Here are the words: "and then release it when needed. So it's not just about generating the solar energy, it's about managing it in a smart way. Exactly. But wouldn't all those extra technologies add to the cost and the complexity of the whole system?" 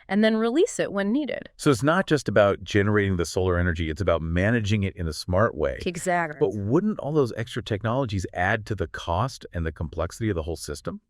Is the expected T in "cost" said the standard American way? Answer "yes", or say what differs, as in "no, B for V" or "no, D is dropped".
yes